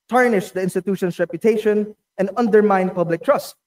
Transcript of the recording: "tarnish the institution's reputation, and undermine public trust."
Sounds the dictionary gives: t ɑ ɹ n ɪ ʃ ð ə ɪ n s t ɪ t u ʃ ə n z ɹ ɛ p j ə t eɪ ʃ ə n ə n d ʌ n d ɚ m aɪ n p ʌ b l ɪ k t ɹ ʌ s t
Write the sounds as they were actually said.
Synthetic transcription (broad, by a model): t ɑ ɹ n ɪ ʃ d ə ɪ n s t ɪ t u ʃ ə n s ɹ ɛ p j ə t eɪ ʃ ə n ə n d ʌ n d ɚ m aɪ n p ʌ b l ɪ k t ɹ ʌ s t